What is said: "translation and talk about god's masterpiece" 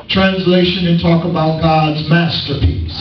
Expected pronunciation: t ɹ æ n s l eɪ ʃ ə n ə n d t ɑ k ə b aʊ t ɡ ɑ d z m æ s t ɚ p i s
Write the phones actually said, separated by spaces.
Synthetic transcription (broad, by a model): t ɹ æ n s l eɪ ʃ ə n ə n t ɑ k ə b aʊ t ɡ ɑ d z m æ s t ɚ p i s